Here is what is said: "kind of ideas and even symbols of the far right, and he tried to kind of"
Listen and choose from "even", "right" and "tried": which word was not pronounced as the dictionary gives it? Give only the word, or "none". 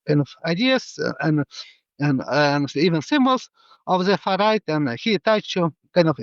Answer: tried